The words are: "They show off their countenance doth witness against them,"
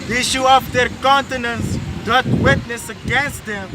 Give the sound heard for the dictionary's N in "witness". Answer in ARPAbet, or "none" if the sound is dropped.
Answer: N